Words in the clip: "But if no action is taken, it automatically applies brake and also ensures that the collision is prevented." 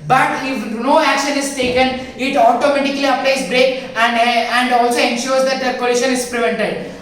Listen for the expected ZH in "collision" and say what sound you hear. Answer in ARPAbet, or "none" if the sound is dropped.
SH